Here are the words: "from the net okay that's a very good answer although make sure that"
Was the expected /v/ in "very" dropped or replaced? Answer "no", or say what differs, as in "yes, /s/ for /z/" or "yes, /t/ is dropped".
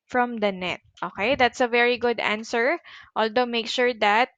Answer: no